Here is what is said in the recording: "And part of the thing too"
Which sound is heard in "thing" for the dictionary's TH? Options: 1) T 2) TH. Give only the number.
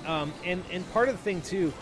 2